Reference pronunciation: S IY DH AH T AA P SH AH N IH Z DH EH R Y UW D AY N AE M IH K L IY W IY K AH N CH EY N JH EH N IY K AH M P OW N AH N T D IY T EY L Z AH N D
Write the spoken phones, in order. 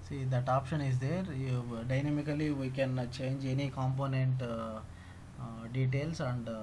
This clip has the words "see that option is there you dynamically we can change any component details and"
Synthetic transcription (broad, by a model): S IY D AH T AA P SH AH N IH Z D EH R D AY N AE M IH K L IY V IY K AH N CH EY N JH EH N IY K AH M P OW N AH N T D IY T EY L S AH N D